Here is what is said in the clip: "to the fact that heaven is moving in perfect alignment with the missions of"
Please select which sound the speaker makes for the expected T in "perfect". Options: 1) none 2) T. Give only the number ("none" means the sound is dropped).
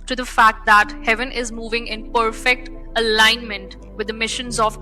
2